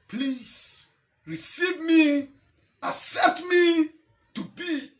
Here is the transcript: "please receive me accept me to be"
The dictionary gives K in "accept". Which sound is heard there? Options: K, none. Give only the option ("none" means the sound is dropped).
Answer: none